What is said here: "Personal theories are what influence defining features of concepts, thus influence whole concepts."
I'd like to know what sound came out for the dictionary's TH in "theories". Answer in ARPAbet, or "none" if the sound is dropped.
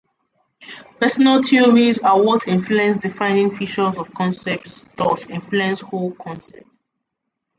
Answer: T